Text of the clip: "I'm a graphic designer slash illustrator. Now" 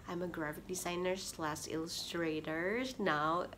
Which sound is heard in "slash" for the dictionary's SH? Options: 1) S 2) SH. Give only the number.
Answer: 1